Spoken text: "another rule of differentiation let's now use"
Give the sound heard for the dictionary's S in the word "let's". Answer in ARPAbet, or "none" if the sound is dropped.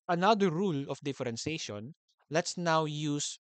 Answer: S